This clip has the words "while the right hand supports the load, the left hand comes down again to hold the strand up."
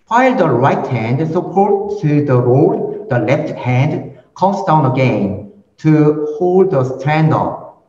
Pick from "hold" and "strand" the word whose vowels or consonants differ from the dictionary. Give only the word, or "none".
none